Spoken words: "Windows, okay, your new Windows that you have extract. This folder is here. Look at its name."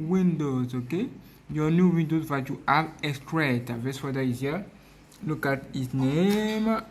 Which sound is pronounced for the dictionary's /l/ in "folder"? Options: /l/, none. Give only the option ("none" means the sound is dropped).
none